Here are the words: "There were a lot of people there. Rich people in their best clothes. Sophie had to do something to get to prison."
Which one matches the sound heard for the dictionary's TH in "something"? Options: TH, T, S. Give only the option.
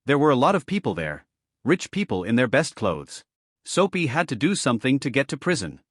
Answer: TH